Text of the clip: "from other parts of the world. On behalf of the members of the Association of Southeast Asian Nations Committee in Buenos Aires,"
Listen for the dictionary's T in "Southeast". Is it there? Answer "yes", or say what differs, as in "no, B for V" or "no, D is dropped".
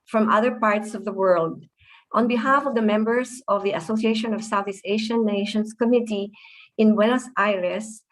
no, T is dropped